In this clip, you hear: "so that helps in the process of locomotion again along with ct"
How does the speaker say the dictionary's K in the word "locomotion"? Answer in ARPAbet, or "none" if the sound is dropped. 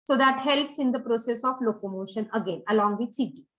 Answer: K